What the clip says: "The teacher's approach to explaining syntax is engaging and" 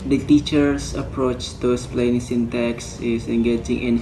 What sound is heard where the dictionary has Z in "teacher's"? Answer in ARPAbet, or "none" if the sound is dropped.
S